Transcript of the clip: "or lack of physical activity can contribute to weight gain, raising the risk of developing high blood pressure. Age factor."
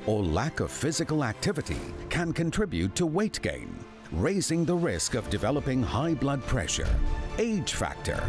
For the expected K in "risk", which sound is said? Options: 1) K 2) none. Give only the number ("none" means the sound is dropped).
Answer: 1